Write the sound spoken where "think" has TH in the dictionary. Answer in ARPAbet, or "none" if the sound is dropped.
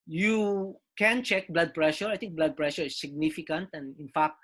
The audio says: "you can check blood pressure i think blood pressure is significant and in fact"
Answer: T